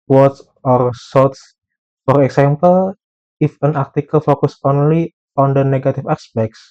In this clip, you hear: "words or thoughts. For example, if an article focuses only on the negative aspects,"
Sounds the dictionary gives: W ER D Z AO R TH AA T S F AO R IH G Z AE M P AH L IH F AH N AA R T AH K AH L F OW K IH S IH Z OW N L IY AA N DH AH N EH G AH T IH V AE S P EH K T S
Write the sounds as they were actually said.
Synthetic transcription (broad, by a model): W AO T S AO R S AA T S F AO R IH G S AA M P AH L IH F AH N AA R T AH K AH L F OW K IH S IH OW N L IY AA N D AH N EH G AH T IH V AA S P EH K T S